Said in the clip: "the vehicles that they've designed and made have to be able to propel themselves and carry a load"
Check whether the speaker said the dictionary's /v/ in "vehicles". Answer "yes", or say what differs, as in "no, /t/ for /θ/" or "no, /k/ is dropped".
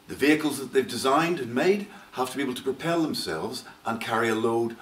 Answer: yes